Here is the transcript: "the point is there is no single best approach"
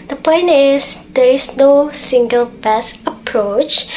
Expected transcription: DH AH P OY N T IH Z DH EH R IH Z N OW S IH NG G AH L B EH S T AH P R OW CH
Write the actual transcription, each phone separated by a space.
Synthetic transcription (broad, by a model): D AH P OY N T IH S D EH R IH S N OW S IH NG G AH L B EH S AH P R OW CH